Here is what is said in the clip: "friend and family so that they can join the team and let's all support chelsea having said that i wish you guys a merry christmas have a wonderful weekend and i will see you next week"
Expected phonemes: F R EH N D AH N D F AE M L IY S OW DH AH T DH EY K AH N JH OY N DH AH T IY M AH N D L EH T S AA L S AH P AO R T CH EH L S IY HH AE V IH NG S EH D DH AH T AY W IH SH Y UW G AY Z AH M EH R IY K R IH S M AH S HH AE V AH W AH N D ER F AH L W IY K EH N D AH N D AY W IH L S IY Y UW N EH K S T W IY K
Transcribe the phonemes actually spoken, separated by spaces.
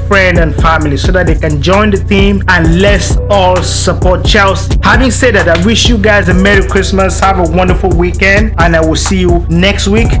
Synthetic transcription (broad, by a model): F R EH N D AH N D F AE M L IY S OW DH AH T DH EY K AH N JH OY N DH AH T IY M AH N L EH S AA L S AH P AO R T CH EH L S IY HH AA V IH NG S EH D DH AH T AY W IH SH Y UW G AY Z AH M EH R IY K R IH S M AH S HH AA V AH W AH N D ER F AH L W IY K EH N D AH N AY W IH L S IY Y UW N EH K S T W IY K